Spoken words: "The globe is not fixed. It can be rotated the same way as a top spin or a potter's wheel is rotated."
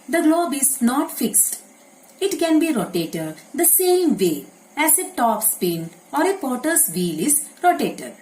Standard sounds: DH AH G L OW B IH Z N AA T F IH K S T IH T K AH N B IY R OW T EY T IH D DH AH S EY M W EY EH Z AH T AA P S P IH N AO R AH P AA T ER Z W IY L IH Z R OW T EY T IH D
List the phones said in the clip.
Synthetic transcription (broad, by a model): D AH G L OW B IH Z N AA T F IH K S T IH T K AH N B IY R OW T EY T IH D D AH S EY M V EY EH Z AH T AA P S P IH N AO R AH P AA T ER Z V IY L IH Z R OW T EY T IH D